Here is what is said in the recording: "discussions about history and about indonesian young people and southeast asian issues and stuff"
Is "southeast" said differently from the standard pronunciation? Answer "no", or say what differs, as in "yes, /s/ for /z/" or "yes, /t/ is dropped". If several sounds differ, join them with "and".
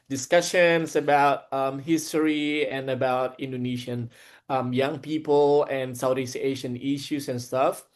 yes, /t/ is dropped